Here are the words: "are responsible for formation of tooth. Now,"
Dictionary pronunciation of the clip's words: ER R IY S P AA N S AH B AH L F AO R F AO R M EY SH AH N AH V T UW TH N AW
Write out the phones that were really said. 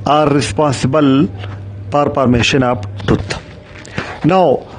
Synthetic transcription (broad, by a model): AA R IY S P AA N S AH B AH L P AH R P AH R M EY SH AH N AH P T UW T N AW